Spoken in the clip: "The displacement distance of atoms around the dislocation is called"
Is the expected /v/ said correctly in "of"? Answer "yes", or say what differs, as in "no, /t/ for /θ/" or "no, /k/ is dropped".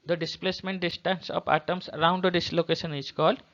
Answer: no, /p/ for /v/